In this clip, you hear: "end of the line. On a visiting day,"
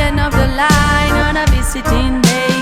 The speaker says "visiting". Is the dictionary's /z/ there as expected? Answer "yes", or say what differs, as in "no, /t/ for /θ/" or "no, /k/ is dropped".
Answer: no, /s/ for /z/